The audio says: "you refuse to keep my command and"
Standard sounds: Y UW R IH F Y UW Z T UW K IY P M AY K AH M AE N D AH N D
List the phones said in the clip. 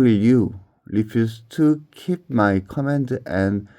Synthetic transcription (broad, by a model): Y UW L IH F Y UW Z T UW K IY P M AY K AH M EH N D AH N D